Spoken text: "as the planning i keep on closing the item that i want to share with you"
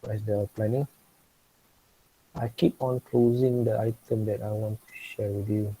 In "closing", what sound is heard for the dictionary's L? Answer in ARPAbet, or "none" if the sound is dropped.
L